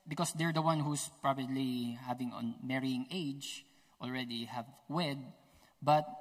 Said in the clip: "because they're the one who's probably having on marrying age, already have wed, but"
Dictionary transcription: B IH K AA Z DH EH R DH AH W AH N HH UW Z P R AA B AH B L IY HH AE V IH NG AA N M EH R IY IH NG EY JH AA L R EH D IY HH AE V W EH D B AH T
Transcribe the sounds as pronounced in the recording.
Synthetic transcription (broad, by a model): B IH K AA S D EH R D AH W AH N HH UW S P R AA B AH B L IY HH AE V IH NG AA N M EH R IY IH NG EY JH AA L R EH D IY HH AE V W EH D B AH T